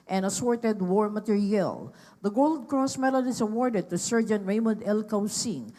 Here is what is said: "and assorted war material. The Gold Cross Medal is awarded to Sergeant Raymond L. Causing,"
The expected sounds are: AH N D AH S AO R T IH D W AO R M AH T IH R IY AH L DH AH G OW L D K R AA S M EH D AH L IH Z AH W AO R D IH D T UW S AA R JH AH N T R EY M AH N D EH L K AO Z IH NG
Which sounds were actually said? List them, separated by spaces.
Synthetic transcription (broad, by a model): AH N AH S AO R T IH D W AO R M AH T IH R IY AH L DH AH G OW L D K R AA S M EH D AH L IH S AH W AO R D IH D T UW S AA R JH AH N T R EY M AH N D EH L K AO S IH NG